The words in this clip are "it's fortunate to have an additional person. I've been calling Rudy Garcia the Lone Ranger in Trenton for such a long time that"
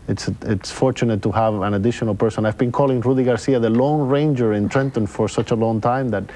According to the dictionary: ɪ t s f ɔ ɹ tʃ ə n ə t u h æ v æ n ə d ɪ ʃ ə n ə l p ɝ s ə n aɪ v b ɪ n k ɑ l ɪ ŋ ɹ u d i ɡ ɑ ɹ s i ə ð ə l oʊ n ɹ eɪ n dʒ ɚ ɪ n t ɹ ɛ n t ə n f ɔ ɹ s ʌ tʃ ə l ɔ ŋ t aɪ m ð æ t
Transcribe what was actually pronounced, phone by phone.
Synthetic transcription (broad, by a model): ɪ t s f ɔ ɹ tʃ ə n ə t u h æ v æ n ə d ɪ ʃ ə n ə l p ɝ s ə n aɪ v b ɪ n k ɑ l ɪ ŋ ɹ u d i ɡ ɑ ɹ s i ə ð ə l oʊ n ɹ eɪ n dʒ ɚ ɪ n t ɹ ɛ n t ə n f ɔ ɹ s ʌ tʃ ə l ɔ ŋ t aɪ m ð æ t